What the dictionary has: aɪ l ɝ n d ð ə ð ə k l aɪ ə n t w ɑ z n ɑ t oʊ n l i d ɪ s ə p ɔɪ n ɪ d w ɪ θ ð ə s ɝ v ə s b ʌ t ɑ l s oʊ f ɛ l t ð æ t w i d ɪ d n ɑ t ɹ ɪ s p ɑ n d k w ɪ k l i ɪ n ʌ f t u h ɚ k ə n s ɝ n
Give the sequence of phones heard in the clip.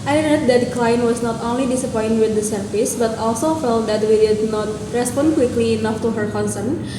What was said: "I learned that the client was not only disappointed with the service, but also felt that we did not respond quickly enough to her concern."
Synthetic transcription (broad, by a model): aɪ n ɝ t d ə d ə k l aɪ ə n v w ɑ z n ɑ t oʊ n l i d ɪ s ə p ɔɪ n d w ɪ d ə s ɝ f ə s b ʌ t ɑ l s oʊ f ɛ l t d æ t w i d ɪ d n ɑ t ɹ ɪ s p ɑ n d k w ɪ k l i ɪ n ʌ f t u h ɚ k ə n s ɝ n